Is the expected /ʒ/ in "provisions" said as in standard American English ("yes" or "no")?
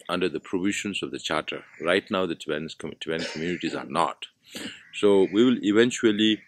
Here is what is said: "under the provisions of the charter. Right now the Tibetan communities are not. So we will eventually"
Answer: no